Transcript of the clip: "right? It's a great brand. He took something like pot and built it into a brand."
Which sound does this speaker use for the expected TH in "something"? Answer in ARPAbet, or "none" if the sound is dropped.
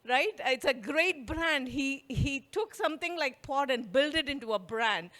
T